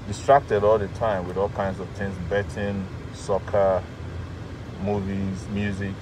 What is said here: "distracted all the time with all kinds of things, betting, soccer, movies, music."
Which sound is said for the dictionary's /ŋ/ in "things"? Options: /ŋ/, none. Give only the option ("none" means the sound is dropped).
/ŋ/